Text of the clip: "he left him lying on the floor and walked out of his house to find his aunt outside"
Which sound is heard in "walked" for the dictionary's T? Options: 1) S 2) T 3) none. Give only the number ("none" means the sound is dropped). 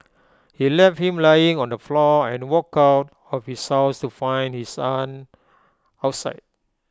3